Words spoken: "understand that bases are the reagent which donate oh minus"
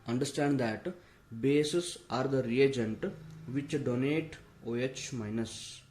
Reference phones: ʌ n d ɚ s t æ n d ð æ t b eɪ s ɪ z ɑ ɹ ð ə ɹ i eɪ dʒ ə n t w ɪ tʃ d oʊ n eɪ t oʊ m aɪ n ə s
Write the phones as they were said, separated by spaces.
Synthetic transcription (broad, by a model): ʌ n d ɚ s t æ n d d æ t b eɪ s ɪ s ɑ ɹ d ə ɹ i eɪ dʒ ə n t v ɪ tʃ d oʊ n eɪ t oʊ m aɪ n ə s